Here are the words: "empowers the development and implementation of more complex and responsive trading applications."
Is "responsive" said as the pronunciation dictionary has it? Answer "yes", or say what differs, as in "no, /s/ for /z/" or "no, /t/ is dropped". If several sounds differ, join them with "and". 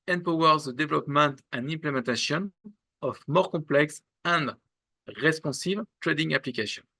no, /n/ is dropped